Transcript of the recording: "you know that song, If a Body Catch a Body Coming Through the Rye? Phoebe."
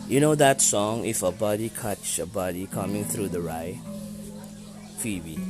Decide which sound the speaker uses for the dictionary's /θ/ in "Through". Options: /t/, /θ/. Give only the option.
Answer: /θ/